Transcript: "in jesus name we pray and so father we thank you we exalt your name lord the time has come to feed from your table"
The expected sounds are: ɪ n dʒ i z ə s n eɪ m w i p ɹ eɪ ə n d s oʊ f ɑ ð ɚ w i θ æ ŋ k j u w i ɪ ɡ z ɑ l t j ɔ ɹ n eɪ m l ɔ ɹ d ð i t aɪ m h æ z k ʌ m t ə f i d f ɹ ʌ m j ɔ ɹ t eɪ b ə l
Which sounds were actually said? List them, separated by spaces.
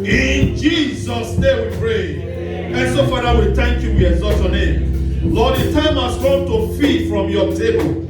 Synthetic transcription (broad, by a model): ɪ n dʒ i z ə s n eɪ m w i p ɹ eɪ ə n s oʊ f ɑ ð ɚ w i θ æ ŋ k j u w i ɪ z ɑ t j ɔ n eɪ m l ɔ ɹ d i t aɪ m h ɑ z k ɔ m t ə f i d f ɹ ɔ m j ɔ t eɪ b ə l